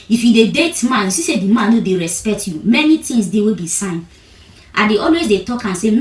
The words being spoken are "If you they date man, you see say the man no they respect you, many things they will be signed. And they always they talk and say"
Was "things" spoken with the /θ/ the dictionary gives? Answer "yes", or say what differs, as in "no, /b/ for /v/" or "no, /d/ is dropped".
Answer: no, /t/ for /θ/